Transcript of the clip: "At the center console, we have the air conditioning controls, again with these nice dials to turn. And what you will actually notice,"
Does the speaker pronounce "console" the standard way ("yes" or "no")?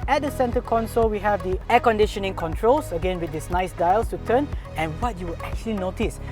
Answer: yes